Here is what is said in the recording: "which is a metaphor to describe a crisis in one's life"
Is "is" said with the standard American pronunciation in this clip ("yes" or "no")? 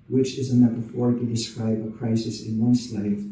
yes